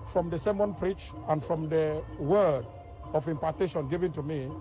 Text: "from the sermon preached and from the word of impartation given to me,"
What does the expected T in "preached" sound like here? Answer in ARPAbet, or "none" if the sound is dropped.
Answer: none